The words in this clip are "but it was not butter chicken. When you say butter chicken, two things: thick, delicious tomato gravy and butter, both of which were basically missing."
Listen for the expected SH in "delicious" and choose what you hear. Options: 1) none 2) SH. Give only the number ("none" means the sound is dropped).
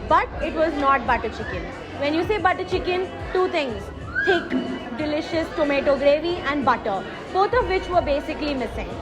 2